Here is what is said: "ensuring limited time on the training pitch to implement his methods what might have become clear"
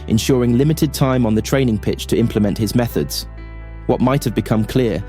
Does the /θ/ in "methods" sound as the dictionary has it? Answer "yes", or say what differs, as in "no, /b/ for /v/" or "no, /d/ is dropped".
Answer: yes